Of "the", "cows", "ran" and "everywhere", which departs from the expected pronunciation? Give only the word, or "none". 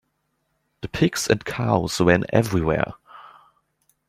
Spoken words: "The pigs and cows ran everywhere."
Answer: ran